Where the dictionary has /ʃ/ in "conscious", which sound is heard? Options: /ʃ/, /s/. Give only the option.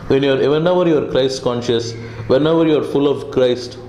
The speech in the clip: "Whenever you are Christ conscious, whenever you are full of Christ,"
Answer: /ʃ/